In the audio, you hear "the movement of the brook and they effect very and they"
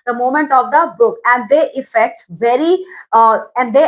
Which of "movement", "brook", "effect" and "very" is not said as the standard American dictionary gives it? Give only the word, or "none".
movement